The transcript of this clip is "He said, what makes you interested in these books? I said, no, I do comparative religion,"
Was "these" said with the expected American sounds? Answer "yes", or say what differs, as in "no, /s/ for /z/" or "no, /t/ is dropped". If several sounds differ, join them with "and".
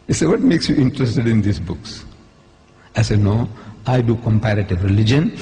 no, /s/ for /z/